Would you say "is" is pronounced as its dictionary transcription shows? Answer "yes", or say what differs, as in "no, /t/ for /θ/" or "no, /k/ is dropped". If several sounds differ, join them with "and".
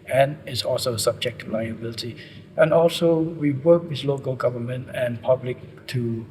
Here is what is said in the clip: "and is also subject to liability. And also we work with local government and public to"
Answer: no, /s/ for /z/